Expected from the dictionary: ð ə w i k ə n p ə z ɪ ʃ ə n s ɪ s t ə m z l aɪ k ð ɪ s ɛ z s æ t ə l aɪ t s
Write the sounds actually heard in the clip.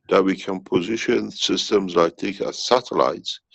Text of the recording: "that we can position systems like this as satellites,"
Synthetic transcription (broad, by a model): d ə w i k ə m p ə z ɪ ʃ ə n s ɪ s t ə m z l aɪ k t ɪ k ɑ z s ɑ t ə l aɪ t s